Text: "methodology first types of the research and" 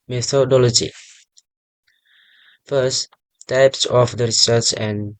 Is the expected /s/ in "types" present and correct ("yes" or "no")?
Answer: yes